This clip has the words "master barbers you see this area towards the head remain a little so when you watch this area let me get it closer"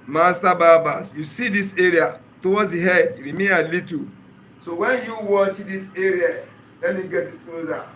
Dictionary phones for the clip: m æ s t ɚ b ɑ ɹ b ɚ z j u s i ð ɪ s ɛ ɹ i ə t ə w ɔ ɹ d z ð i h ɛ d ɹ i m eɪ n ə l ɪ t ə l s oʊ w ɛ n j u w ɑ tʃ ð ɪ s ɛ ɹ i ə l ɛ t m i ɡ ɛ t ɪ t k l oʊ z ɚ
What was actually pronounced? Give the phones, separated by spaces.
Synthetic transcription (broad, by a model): m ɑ s t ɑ b ɑ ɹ b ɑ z j u s i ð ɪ s ɛ ɹ i ə t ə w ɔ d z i h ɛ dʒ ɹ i m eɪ ə l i t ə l s oʊ w ɛ n j u w ɑ tʃ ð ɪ s ɛ ɹ i ə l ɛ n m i ɡ ɛ t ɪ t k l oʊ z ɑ